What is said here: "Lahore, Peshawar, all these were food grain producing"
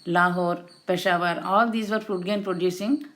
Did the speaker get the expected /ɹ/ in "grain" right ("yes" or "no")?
no